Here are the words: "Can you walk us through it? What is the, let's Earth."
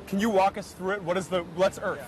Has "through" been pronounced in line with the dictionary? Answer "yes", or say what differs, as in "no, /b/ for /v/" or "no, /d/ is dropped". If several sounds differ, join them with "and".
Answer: yes